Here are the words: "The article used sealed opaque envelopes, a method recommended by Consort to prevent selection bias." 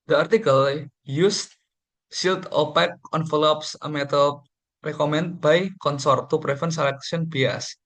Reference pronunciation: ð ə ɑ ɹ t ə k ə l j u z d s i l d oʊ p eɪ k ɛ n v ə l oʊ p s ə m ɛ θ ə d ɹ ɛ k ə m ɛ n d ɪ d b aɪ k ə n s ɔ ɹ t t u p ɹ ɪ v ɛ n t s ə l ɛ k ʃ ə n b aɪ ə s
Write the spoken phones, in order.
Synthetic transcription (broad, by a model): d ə ɑ ɹ t ə k ə l j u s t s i l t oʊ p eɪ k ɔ n f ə l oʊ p s ə m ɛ t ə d ɹ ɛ k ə m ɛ n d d b aɪ k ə n s ɔ ɹ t t u p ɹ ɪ f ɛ n s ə l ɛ k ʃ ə n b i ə s